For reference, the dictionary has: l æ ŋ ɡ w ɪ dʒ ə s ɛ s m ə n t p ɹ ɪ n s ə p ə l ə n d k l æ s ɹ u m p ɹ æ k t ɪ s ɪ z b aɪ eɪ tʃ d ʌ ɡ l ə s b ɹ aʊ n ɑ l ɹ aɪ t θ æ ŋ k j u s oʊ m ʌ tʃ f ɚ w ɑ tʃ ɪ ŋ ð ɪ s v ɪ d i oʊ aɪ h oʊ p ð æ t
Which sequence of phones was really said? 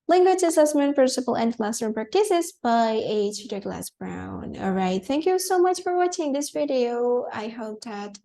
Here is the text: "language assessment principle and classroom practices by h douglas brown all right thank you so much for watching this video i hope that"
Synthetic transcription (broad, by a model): l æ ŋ ɡ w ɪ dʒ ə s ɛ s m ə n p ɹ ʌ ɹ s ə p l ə n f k l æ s ʌ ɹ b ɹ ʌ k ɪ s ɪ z b aɪ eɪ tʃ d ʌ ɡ l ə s b ɹ aʊ n ɑ l ɹ aɪ t θ æ ŋ k j u s oʊ m ʌ tʃ f ɚ w ɑ tʃ ɪ ŋ ð ɪ s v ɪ d i oʊ aɪ h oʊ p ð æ t